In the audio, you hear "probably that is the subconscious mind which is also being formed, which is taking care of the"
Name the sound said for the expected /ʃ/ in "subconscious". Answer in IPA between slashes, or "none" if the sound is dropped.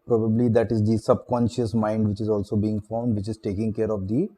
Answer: /ʃ/